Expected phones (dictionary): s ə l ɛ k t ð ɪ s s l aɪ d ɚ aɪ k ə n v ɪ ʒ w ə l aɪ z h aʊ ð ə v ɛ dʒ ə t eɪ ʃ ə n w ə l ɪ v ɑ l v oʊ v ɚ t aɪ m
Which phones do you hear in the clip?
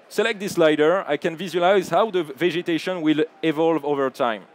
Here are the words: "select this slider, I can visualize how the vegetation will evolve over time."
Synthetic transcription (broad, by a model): s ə l ɛ k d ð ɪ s s l aɪ d ɚ aɪ k ə n v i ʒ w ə l aɪ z h aʊ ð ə v ɛ dʒ ə t eɪ ʃ ə n w ə l ɪ v ɑ l v oʊ v ɚ t aɪ m